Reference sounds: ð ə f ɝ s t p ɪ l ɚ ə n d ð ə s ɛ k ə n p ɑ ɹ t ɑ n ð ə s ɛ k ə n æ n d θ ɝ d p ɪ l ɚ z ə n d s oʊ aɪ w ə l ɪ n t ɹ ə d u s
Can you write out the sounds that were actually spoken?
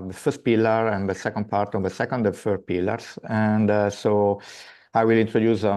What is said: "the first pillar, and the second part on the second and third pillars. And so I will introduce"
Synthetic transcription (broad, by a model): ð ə f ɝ s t p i l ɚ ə n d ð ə s ɛ k ə n p ɑ ɹ t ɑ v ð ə s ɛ k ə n n d f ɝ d p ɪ l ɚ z ə n d s oʊ aɪ w ə l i n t ɹ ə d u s